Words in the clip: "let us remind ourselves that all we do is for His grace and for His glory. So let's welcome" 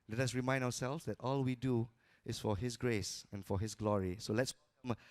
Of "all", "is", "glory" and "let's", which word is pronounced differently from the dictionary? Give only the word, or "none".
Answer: is